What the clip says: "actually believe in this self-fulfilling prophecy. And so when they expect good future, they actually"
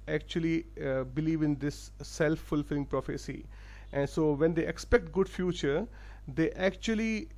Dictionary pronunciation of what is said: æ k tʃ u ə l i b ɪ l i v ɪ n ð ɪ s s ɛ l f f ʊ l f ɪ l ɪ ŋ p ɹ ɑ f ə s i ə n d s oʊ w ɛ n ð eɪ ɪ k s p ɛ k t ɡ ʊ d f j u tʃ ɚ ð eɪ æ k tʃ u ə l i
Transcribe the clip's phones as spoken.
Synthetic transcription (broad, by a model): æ k tʃ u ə l i b ɪ l i v ɪ n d ɪ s s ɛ l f f ʊ l f ɪ l ɪ ŋ p ɹ ɑ f ə s i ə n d s oʊ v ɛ n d eɪ ɪ k s p ɛ k t ɡ ʊ d f j u tʃ ɚ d eɪ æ k tʃ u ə l i